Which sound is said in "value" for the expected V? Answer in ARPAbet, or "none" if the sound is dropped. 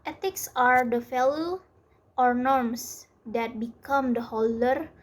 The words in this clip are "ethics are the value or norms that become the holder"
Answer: F